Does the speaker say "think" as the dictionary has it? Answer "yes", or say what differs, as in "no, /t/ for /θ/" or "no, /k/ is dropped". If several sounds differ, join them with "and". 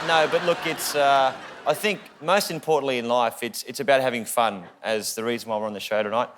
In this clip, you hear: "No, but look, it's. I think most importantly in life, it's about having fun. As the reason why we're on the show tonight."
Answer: yes